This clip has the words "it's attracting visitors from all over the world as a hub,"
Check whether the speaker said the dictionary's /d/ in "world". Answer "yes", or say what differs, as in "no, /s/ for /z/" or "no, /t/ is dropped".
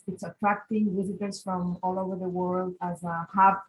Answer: yes